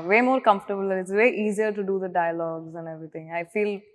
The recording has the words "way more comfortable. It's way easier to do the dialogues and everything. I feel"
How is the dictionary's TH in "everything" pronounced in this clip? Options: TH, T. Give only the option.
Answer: T